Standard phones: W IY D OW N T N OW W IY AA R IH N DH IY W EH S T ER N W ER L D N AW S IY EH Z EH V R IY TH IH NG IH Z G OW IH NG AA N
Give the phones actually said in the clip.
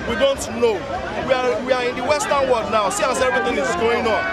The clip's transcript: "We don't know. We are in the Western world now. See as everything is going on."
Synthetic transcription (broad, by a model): W IY D OW N T N OW W IY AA W IH N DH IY W EH S T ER N W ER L D N AW S IY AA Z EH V R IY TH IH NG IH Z G OW IH NG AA N